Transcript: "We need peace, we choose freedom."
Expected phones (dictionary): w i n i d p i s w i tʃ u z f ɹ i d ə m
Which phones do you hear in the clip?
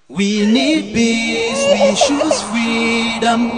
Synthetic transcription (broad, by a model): w i n i d b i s w i ʃ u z f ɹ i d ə m